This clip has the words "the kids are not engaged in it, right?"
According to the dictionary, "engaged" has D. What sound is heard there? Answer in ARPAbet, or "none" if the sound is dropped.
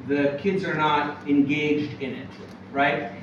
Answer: D